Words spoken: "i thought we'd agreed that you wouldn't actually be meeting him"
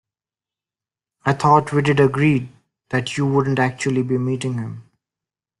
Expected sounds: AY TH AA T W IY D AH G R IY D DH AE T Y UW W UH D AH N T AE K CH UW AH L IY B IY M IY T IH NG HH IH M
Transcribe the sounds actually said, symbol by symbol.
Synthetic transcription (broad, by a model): AY T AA T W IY D AH G R IY D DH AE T Y UW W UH D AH N T AE K CH UW AH L IY B IY M IY T IH NG HH IH M